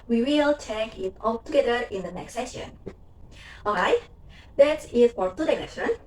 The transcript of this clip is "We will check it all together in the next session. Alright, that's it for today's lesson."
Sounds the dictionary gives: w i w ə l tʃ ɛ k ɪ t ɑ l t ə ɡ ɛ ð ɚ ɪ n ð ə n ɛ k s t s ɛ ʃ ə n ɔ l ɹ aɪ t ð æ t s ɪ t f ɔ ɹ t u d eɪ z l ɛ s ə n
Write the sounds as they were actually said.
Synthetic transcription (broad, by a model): w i w ə l tʃ ɛ k ɪ t ɑ l t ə ɡ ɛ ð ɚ ɪ n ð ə n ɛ k s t s ɛ ʃ ə n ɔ ɹ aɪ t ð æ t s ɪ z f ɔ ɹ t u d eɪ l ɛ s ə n